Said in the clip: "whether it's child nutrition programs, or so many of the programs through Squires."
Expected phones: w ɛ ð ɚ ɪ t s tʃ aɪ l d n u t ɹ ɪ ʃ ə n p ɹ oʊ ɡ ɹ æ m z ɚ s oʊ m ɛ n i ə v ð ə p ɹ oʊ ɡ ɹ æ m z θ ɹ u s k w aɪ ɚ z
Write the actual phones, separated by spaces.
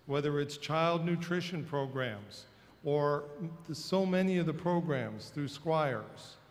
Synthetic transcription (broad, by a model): w ɛ ð ɚ ɪ t s tʃ aɪ l d n u t ɹ ɪ ʃ ə n p ɹ oʊ ɡ ɹ æ m z ɚ s oʊ m ɛ n i ə v ð ə p ɹ oʊ ɡ ɹ æ m z θ ɹ u s k w aɪ ɚ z